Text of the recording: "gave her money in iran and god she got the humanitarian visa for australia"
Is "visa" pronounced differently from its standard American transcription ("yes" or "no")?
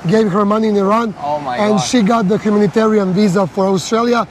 no